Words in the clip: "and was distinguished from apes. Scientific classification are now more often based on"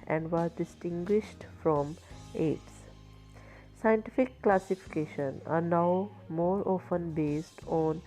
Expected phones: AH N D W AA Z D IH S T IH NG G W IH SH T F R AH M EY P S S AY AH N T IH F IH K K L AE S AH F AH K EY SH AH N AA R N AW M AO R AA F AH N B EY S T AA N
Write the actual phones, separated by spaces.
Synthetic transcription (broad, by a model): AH N D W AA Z D IH S T IH NG G W IH SH T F R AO M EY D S S AY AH N T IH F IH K K L AE S AH F AH K EY SH AH N AA R N AW M AO R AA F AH N B EY S T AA N